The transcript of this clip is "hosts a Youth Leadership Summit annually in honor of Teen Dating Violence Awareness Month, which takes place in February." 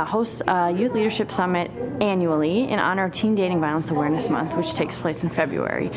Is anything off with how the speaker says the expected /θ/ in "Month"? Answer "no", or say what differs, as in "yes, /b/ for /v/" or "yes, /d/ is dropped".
no